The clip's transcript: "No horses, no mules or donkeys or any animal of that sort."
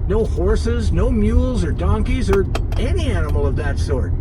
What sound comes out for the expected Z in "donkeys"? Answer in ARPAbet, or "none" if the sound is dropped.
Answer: Z